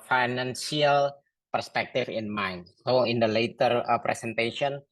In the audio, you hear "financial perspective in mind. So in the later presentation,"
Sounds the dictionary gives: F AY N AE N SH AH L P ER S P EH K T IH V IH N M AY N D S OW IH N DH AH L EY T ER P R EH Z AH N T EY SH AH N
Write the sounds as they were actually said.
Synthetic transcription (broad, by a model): F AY N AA N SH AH L P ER S P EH K T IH F IH N M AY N S OW IH N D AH L EY T ER P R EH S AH N T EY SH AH N